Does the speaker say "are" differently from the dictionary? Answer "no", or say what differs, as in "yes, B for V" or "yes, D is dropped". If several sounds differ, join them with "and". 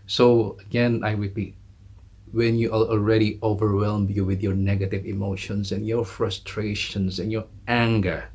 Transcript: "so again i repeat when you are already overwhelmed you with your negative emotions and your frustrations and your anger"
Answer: yes, L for R